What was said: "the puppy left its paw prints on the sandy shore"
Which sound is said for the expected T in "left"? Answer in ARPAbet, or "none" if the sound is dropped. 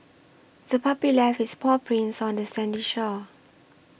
none